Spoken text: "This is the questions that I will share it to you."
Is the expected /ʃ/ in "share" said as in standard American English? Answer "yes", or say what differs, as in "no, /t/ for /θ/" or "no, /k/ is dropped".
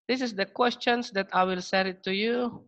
no, /s/ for /ʃ/